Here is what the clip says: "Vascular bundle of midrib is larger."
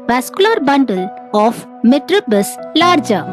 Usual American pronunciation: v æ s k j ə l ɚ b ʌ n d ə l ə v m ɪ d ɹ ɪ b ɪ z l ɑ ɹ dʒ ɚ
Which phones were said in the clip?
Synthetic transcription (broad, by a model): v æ s k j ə l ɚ b ʌ n d ə l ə f m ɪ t ɹ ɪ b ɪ s l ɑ ɹ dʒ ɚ